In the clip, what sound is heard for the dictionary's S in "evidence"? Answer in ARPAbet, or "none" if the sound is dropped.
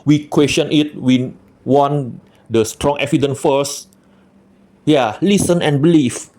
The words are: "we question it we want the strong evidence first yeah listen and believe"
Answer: none